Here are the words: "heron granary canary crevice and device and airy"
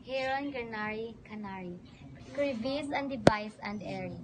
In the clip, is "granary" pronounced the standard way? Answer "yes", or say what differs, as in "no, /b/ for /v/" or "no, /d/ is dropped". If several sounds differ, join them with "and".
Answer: no, /ɹ/ is dropped